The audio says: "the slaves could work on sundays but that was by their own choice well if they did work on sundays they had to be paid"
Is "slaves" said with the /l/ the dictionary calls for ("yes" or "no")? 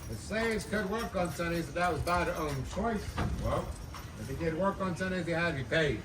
no